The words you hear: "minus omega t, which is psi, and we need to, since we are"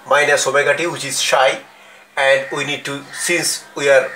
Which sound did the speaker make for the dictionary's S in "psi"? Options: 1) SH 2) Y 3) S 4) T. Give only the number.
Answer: 1